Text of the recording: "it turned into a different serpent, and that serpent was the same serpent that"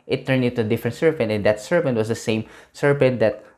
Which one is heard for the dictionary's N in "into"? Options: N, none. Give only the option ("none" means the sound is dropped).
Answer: none